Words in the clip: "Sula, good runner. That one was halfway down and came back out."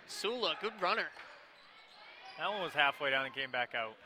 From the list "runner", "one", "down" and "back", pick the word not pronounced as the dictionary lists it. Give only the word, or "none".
none